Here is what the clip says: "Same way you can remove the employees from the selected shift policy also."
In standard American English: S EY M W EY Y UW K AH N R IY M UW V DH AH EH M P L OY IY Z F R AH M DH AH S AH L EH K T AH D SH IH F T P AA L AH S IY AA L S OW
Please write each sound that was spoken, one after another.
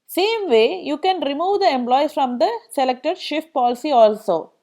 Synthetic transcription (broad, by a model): S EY M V EY Y UW K AH N R IY M UW V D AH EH M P L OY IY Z F R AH M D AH S AH L EH K T AH D SH IH F T P AA L AH S IY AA L S OW